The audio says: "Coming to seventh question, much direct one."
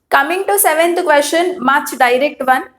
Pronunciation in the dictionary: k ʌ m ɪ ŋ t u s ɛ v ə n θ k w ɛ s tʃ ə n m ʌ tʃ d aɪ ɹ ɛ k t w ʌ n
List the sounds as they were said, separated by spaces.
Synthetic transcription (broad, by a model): k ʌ m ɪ ŋ t u s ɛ v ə n t k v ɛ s ʃ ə n m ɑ tʃ d aɪ ɹ ɛ k t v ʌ n